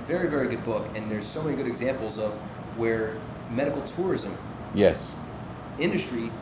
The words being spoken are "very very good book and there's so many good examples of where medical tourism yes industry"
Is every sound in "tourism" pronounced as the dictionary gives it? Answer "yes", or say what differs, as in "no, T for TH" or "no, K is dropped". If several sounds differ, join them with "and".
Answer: yes